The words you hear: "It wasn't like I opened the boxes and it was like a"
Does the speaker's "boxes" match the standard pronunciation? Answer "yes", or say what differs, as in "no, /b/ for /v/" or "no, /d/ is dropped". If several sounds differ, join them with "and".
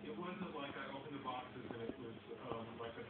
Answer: yes